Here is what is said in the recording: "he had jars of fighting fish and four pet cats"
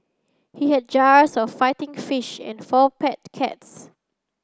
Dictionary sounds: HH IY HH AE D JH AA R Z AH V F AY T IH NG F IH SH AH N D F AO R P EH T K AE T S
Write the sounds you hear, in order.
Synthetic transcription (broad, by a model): HH IY HH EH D JH AA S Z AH F AY T IH NG F IH SH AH N F AO P EH T K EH T S